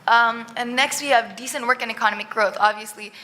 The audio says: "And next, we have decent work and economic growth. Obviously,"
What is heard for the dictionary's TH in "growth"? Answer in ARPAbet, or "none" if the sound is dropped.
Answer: TH